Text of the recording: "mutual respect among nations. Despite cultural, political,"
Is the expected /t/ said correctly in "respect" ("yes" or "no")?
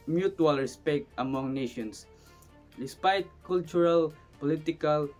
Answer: yes